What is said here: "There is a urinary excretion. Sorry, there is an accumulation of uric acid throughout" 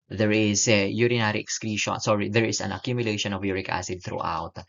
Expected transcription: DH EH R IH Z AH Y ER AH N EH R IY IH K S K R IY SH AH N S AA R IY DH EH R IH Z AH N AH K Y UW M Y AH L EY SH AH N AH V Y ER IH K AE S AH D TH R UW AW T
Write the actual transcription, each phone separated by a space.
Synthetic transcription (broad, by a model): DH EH R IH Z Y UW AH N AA R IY IH K S K R IY SH AH N S AA R IY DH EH R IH S AH N AH K Y UW M Y AH L EY SH AH N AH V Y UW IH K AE S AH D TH R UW AW T